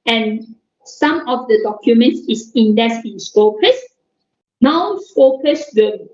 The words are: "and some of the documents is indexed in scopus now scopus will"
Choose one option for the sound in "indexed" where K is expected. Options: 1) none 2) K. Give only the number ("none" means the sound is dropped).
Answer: 1